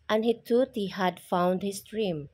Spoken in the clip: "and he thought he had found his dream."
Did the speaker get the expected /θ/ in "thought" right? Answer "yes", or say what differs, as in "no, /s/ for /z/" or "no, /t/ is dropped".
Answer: no, /t/ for /θ/